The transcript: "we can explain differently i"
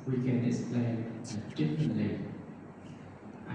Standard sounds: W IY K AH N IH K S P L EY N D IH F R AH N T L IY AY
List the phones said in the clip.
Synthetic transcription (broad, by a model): W IY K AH N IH S P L EY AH D IH F R AH N T L IY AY